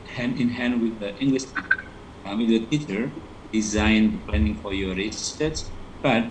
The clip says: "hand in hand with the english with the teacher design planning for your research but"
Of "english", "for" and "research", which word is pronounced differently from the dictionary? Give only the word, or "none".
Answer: research